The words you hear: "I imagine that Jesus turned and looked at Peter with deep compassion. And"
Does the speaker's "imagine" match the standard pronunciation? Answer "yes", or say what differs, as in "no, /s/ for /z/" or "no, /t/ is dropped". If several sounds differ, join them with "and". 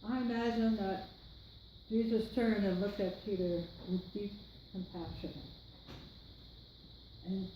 no, /z/ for /dʒ/